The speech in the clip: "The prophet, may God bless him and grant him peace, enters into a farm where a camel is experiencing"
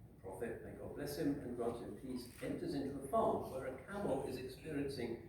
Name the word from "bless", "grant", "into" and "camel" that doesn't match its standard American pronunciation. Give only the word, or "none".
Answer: grant